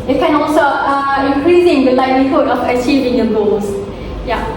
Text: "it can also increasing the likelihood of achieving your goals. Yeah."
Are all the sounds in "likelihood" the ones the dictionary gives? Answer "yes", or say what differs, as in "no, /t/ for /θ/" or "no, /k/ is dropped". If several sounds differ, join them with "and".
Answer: no, /k/ is dropped